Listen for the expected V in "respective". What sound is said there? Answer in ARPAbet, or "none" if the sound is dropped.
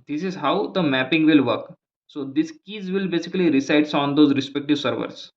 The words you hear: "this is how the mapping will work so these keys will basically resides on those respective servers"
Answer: V